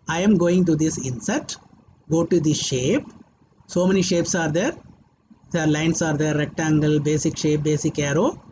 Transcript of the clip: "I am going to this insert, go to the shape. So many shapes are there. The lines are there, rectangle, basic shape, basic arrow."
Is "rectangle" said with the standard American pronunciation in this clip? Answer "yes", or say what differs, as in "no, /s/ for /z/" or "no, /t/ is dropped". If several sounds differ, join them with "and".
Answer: yes